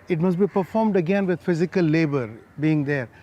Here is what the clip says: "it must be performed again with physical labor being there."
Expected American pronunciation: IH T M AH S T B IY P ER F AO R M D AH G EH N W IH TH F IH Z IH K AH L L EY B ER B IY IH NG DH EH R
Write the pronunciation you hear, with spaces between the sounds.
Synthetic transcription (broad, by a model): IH T M AH S T B IY P ER F AO R M D AH G EH N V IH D F IH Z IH K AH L L EY B ER B IY IH NG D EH R